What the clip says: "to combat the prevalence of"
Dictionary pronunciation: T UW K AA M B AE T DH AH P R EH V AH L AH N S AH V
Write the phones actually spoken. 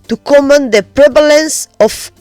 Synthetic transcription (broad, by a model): T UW K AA M AE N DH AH P R EH V AH L AH N S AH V